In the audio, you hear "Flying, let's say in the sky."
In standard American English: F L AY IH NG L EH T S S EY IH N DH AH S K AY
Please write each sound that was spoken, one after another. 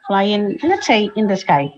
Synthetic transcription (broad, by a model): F L AY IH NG N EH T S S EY IH N DH AH S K AY